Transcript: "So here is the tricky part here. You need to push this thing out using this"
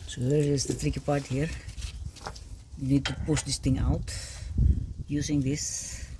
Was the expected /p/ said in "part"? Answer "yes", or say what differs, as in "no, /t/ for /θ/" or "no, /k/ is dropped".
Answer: yes